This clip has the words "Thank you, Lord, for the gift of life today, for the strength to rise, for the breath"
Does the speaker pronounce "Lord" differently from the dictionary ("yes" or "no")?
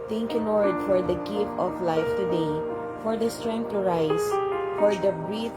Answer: yes